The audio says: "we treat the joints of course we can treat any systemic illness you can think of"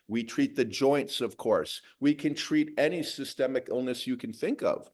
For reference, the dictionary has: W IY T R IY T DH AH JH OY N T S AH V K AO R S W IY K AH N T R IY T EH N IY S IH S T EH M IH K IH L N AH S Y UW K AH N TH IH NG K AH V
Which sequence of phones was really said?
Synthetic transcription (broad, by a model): W IY T R IY T DH AH JH OY N T S AH V K AO R S W IY K AH N T R IY T EH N IY S IH S T EH M IH K IH L N AH S Y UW K AH N TH IH NG K AH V